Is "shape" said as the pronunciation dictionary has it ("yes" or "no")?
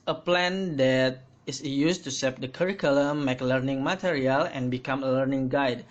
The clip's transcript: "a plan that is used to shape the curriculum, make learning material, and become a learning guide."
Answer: no